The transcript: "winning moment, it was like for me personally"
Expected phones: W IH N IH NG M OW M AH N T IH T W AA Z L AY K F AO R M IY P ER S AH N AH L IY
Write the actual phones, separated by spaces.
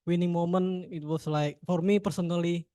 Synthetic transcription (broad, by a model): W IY N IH NG M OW M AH N IH T W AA S L AY K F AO R M IY P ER S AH N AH L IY